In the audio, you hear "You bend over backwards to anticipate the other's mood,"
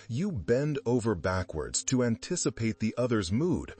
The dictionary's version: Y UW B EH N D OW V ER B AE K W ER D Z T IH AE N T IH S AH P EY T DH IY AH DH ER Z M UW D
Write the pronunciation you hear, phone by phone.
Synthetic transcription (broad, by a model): Y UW B EH N D OW V ER B AE K W ER D Z T IH AE N T IH S AH P EY T DH IY AH DH ER Z M UW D